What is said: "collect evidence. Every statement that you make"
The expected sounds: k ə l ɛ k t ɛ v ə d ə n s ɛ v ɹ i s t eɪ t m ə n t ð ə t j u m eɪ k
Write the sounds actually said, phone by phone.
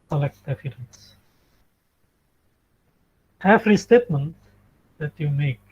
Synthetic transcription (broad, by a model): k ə l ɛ k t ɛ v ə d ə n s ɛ f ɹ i s t eɪ t m ə n t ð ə t j u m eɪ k